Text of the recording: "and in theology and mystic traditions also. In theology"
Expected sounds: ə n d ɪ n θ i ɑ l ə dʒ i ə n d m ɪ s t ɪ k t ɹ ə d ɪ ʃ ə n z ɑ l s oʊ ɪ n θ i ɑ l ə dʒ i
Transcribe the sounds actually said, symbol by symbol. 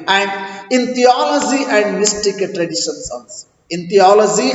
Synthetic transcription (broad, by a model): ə n d ɪ n t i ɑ l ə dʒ i ə n d m ɪ s t ɪ k t ɹ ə d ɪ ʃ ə n s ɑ n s ɪ n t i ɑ l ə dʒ i